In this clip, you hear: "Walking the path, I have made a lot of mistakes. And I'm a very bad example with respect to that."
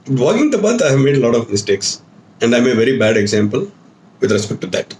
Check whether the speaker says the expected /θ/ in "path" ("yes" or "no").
no